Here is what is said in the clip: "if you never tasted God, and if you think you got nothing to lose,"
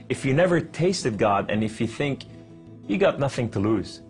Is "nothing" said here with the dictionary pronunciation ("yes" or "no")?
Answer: yes